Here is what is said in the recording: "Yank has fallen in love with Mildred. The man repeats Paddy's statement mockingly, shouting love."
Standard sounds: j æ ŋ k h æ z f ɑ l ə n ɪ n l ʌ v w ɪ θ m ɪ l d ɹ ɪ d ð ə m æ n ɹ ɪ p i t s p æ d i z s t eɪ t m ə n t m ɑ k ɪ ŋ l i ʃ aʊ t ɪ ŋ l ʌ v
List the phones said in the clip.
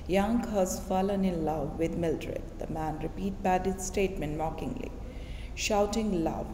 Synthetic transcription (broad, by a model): j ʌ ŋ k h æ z f ɑ l ə n ɪ n l ʌ v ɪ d m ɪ l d ɹ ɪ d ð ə m æ n ɹ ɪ p i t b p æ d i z s t eɪ t m ə n t m ɑ k ɪ ŋ l i ʃ aʊ t ɪ ŋ l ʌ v